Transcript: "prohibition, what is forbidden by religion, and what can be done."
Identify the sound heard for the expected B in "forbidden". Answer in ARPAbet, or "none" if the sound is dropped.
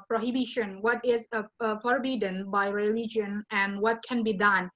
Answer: B